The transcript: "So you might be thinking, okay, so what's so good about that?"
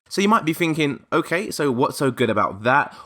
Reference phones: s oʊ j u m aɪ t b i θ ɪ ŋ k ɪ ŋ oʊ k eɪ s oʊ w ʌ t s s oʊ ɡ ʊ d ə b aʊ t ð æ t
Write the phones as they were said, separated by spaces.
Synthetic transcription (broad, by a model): s oʊ j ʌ m aɪ t b i θ ɪ ŋ k ɪ ŋ oʊ k eɪ s oʊ w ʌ t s s oʊ ɡ ʊ d ə b aʊ t ð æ t